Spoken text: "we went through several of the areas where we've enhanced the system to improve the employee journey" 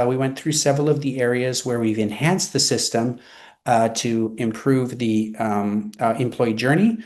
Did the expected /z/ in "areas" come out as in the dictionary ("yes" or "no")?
yes